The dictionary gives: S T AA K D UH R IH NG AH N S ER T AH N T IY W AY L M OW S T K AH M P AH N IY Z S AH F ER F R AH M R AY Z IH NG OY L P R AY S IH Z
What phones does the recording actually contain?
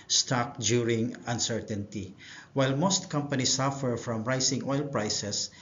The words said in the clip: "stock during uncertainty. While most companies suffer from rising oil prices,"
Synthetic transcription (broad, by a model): S T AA K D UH R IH NG AH N S ER T AH N T IY W AY L M OW S T K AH M P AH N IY S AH F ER F R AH M R AY S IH NG OY L P R AY S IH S